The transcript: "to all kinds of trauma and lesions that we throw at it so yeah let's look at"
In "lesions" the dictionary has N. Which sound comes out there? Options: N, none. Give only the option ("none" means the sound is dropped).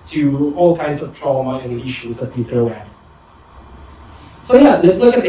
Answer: none